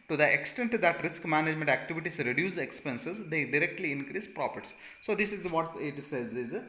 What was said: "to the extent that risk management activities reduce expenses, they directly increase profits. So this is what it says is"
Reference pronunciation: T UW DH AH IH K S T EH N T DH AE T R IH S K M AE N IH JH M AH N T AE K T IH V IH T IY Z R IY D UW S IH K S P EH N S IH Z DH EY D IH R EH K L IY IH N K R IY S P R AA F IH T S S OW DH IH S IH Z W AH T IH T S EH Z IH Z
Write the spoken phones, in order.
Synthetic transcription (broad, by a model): T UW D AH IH K S T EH N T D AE T R IH S K M AE N IH JH M AH N T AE K T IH V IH T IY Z R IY D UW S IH K S P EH N S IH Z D EY D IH R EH K L IY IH N K R IY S P R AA P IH T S S OW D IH S IH Z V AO T IH T S EH Z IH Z